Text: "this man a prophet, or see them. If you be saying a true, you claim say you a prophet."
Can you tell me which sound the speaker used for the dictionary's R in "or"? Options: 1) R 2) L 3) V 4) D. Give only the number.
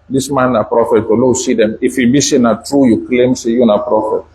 2